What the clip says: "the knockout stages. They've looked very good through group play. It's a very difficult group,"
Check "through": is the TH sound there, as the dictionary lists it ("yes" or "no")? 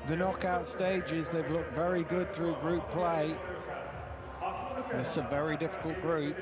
yes